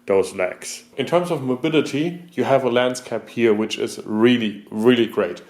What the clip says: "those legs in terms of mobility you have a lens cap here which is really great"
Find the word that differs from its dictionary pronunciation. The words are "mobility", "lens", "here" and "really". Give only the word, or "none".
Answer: lens